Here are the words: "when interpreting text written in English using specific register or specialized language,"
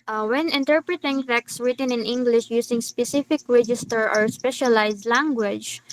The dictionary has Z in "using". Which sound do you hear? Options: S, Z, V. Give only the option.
S